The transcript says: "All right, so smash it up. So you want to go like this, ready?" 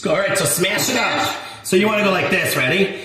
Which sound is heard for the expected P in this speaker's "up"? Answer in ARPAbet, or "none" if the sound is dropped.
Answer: F